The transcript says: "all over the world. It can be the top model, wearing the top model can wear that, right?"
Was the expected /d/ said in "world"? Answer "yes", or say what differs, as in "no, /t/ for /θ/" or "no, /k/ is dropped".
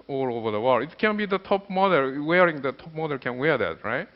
no, /d/ is dropped